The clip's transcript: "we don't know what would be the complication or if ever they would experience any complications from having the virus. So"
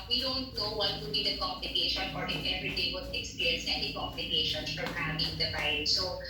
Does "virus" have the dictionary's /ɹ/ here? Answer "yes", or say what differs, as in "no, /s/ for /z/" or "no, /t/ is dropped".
no, /ɹ/ is dropped